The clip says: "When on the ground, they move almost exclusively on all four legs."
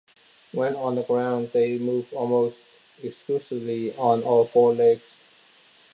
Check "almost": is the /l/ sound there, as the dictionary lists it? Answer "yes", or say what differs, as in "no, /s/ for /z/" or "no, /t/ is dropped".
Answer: yes